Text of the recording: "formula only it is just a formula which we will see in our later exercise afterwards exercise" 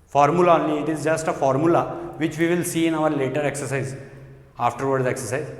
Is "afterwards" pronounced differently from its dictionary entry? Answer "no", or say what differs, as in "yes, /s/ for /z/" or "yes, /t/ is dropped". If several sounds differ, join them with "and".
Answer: yes, /z/ is dropped